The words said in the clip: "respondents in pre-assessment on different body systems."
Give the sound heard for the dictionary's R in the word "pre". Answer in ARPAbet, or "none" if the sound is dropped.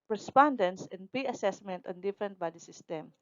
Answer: none